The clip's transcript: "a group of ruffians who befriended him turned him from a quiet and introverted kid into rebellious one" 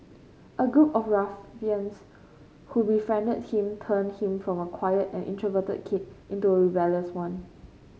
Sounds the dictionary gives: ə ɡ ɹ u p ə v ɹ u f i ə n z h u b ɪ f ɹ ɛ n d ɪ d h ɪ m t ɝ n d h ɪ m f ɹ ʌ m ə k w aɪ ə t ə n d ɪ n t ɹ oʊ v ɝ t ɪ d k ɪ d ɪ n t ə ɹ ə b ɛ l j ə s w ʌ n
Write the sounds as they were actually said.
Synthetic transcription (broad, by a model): ə ɡ ɹ u p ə f ɹ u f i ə n s h u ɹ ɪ f ɛ n d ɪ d h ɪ m t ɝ n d h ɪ m f ɹ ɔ m ə k w aɪ ə t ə n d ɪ n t ɹ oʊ v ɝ t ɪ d k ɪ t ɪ n t ə ɹ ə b ɛ l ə s w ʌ n